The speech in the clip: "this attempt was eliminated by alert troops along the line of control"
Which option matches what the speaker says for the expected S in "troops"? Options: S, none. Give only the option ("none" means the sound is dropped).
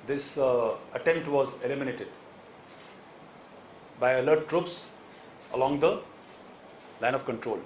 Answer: S